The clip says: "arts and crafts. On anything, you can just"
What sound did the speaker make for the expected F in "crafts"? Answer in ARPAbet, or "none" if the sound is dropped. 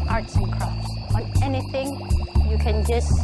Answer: none